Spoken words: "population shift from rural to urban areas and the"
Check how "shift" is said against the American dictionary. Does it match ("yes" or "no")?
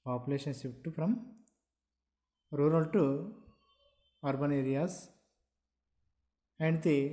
no